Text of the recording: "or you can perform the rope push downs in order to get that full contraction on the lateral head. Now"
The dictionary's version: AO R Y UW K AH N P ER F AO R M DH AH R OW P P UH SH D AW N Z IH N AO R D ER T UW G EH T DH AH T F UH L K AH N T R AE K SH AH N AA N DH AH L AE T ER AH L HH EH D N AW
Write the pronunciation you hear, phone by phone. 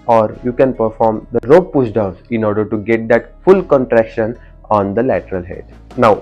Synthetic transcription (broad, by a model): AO R Y UW K AH N P ER F AO R M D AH R OW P P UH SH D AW Z IH N AO R D ER T UW G EH T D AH T F UH L K AH N T R AE K SH AH N AA N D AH L AE T ER AH L HH EH D N AW